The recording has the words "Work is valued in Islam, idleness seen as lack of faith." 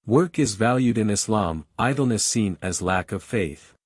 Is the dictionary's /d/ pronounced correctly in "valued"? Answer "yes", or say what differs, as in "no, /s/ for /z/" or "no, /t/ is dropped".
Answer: yes